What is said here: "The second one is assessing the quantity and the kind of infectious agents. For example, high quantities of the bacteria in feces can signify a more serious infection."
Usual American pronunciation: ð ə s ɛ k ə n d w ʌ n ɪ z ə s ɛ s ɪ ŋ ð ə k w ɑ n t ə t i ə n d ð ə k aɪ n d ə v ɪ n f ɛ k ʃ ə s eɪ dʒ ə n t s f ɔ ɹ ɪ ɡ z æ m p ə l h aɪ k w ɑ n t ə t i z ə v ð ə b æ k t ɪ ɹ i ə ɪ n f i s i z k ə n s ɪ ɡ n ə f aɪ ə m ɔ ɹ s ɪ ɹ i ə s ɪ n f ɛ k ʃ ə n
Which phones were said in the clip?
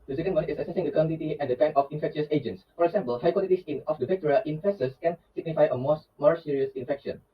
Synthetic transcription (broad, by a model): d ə s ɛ k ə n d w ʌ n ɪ s ə s ɛ s ɪ ŋ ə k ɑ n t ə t i ə n d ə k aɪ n ə f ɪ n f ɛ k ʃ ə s eɪ dʒ ə n t s f ɔ ɹ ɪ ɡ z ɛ m p ə l h aɪ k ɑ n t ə s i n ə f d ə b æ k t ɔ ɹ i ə ɪ n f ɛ s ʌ s k ə n s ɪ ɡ n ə f aɪ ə m ɔ ɹ s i ɹ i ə s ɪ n f ɛ k ʃ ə n